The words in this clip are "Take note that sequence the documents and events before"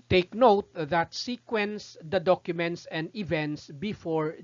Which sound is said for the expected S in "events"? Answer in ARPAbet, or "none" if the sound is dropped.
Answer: S